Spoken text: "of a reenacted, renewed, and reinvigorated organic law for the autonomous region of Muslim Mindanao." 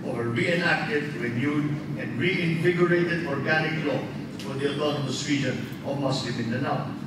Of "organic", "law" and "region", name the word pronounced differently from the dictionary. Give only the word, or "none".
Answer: region